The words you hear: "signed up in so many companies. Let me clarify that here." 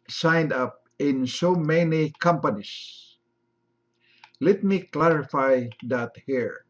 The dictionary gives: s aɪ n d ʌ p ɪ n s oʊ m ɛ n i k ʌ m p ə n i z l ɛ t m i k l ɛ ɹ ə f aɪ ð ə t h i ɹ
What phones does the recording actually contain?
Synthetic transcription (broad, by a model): s aɪ n d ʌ p ɪ n s oʊ m ɛ n i k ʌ m p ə n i s l ɛ t m i k l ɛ ɹ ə f aɪ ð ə t h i ɹ